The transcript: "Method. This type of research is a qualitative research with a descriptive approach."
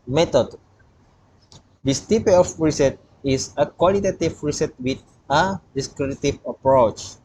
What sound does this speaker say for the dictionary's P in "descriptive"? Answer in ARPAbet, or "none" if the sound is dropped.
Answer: none